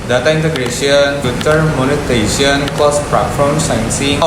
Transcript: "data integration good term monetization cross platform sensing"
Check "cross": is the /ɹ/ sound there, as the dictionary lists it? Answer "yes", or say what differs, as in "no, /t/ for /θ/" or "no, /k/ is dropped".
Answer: no, /l/ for /ɹ/